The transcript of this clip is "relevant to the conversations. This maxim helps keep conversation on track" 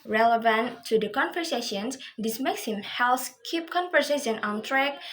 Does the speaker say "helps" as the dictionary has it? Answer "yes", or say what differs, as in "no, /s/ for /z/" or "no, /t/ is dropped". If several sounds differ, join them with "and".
no, /p/ is dropped